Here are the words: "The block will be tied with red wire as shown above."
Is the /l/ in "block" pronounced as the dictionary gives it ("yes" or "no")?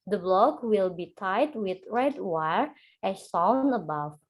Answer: yes